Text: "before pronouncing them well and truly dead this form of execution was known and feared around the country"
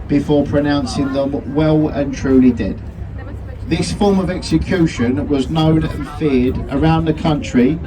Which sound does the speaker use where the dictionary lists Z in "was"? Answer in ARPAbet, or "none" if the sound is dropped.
Z